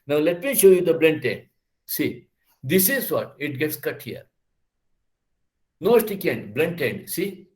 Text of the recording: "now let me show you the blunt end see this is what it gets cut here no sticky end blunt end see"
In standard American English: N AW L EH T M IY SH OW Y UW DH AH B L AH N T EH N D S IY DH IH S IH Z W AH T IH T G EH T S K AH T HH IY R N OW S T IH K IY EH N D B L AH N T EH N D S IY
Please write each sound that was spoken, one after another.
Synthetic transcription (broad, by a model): N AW L EH T M IY SH OW Y UW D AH B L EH N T EH N D S IY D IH S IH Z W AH T IH T G EH T S K AH T HH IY R N OW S T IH K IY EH N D B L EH N T EH N D S IY